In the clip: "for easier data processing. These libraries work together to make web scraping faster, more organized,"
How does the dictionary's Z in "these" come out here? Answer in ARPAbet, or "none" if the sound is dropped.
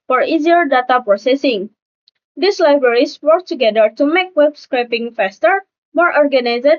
S